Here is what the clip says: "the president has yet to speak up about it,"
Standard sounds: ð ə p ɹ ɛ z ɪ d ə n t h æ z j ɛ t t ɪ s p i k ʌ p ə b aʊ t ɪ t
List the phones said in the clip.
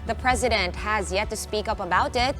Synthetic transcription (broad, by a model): ð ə p ɹ ɛ z ɪ d ə n t h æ z j ɛ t t ɪ s p i k ʌ p ə b aʊ t ɪ t